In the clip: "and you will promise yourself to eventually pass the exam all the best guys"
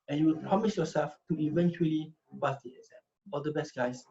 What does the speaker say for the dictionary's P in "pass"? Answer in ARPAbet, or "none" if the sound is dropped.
B